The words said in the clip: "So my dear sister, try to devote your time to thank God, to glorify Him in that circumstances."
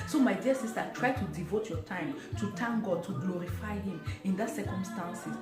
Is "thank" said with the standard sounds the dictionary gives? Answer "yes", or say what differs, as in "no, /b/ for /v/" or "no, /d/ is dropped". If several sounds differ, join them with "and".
no, /t/ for /θ/